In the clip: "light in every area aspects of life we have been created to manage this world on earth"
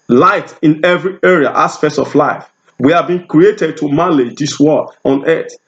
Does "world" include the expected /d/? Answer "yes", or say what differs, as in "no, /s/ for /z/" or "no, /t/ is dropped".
no, /d/ is dropped